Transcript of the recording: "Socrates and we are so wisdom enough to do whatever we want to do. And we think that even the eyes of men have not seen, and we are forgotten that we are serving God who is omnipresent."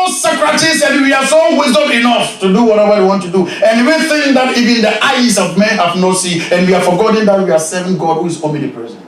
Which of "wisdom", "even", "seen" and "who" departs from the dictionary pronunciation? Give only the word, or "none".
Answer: seen